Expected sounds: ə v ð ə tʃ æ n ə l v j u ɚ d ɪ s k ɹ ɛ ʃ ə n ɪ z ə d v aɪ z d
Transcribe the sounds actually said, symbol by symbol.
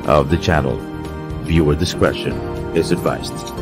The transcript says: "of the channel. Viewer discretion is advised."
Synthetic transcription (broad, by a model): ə v ð ə tʃ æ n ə l v j u ɚ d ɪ s k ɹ ɛ ʃ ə n ɪ z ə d v aɪ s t